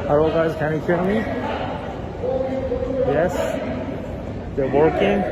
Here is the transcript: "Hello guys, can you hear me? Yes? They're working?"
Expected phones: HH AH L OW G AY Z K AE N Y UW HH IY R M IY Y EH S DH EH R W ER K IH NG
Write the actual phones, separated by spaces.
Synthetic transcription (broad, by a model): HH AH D OW G AY Z K AE N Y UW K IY L M IY Y EH S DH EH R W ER K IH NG